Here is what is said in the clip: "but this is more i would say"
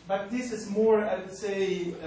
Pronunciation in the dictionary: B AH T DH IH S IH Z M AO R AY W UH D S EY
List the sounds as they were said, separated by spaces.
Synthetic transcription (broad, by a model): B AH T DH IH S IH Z M AO R AY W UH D S EY